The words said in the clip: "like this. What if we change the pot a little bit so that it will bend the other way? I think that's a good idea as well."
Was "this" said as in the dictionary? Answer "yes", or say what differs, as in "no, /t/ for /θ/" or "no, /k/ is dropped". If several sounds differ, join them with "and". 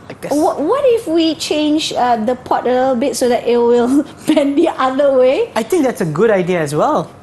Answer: no, /s/ is dropped